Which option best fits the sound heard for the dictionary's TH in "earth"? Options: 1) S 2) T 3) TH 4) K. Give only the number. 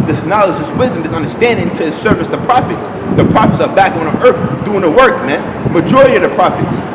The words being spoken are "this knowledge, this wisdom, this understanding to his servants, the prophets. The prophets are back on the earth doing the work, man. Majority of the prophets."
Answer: 3